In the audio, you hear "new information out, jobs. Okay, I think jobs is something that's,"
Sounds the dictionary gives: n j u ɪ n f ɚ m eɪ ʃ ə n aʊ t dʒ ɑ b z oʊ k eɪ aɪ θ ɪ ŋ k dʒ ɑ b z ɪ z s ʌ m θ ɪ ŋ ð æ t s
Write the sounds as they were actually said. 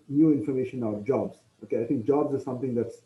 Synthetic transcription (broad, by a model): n j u ɪ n f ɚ m eɪ ʃ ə n aʊ t dʒ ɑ b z oʊ k eɪ aɪ t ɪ ŋ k dʒ ɑ b z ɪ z s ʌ m t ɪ ŋ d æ t s